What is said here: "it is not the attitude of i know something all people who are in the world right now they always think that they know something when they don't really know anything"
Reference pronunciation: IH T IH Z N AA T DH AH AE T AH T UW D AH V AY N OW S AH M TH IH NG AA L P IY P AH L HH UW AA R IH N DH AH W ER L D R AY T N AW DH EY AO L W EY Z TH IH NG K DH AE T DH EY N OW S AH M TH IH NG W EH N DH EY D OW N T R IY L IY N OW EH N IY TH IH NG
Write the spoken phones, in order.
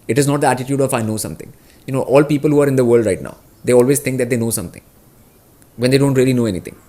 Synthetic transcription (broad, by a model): IH T IH Z N AA T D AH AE T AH T UW D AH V AY N OW S AH M T IH NG AA L P IY P AH L HH UW AA R IH N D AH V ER L D R AY T N AW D EY AO L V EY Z T IH NG K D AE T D EY N OW S AH M T IH NG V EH N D EY D OW N T R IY L IY N OW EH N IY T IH NG